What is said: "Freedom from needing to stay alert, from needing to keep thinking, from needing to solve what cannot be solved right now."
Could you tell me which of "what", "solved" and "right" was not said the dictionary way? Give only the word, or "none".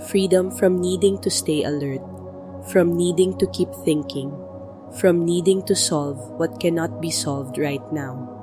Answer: none